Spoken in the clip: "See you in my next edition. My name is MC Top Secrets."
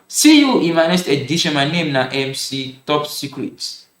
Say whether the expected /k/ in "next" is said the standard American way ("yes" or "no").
no